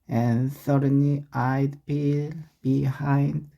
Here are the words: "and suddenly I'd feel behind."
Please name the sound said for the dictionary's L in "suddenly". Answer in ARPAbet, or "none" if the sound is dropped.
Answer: none